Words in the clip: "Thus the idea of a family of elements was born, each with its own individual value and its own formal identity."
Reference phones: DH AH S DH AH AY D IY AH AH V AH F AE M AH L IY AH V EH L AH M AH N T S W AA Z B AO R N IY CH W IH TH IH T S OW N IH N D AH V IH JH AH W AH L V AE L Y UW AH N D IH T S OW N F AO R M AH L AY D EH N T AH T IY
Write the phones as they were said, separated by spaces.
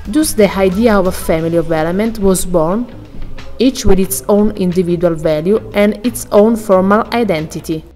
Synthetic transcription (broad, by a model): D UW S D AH AY D IY AH AH V AH F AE M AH L IY AH V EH L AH M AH N T W AA Z B AO R N IY CH W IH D IH T S OW N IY N D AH V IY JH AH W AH L V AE L Y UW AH N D IH T S OW N F AO R M AH L AY D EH N T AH T IY